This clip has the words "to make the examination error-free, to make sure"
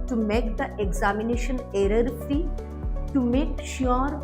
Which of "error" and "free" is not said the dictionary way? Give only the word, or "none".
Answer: free